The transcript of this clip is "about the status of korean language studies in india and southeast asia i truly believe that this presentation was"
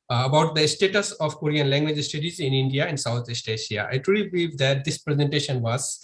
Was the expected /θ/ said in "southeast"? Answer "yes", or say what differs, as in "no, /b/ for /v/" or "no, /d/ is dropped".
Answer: no, /t/ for /θ/